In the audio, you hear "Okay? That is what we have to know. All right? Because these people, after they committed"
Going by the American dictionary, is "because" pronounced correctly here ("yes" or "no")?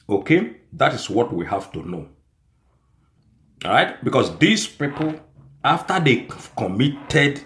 no